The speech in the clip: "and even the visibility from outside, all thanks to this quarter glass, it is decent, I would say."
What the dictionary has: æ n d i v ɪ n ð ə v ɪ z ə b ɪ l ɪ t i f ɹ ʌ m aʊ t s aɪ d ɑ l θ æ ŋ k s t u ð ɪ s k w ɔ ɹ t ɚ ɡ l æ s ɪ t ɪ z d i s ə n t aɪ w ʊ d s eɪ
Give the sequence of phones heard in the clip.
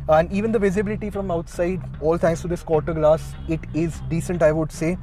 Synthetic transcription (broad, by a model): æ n d i v ɪ n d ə v ɪ z ə b ɪ l ɪ t i f ɹ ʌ m aʊ t s aɪ d ɑ l t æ ŋ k s t u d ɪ s k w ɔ ɹ t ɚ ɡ l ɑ s ɪ t ɪ z d i s ə n t aɪ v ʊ d s eɪ